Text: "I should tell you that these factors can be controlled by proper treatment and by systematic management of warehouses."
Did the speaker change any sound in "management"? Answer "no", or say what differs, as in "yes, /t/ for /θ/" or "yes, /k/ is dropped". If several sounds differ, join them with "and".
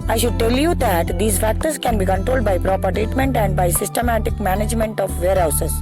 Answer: no